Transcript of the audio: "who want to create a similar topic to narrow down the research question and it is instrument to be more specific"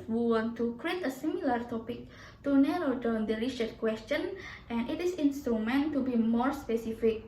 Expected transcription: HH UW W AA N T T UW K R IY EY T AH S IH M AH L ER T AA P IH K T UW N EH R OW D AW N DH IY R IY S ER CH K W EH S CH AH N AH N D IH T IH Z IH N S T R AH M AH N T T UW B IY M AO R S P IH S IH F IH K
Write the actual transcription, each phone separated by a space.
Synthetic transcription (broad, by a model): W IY W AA N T T UW K R IY EY T AH S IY M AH L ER T AA P IH K T UW N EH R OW D AW N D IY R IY SH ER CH K W EH S CH AH N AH N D IH T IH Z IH N S T R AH M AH N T T UW B IY M AO R S P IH S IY F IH K